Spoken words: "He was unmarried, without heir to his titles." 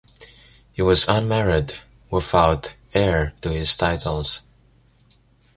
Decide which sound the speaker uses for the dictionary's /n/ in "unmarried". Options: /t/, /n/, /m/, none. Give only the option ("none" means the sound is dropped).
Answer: /n/